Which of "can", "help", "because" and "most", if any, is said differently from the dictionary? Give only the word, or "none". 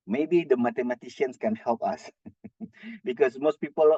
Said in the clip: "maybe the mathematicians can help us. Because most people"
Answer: because